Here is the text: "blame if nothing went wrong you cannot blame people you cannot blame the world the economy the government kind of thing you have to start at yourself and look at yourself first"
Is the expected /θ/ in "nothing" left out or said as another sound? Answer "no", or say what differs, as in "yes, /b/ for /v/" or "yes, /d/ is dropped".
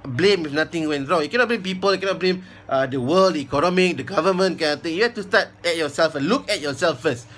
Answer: yes, /t/ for /θ/